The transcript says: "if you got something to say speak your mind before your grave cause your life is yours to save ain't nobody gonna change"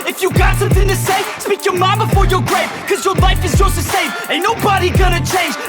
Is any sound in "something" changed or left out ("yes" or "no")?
no